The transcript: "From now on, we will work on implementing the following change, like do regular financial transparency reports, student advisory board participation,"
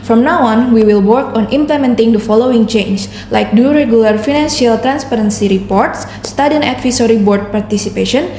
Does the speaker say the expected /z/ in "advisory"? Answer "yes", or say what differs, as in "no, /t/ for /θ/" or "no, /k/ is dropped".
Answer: no, /s/ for /z/